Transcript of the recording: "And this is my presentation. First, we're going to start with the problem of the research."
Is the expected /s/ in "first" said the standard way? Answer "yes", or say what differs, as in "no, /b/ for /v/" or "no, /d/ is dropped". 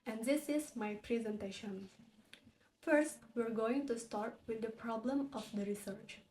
yes